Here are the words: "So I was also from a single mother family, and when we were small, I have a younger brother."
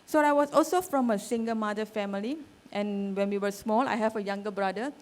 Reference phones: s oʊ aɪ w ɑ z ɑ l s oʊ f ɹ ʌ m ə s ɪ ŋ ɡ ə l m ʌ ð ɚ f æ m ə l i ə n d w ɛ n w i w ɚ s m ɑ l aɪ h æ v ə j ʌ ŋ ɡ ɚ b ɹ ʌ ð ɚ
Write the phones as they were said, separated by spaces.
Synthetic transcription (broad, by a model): s oʊ aɪ w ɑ s ɑ l s oʊ f ɹ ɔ m ə s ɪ ŋ ɡ ə m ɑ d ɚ f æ m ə l i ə n w ɛ n w i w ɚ s m ɑ l aɪ h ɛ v ə j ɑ ŋ ɡ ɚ b ɹ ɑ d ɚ